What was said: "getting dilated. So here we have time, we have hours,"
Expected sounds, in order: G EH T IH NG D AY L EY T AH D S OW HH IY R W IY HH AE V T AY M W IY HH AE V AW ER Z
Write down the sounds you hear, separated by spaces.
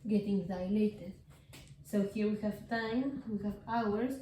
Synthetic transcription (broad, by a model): G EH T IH NG D AY L EY T AH D S OW HH IY R W IY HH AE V T AY M W IY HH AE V AW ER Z